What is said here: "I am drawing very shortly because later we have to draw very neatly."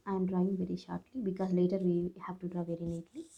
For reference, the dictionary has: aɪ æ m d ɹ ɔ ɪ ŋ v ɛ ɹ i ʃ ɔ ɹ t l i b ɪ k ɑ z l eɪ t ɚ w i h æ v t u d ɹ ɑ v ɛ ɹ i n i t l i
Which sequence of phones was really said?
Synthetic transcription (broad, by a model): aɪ m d ɹ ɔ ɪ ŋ v ɛ ɹ i ʃ ɔ ɹ t l i b ɪ k ɑ z l eɪ t ɚ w i h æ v t u d ɹ ɑ v ɛ ɹ i n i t l i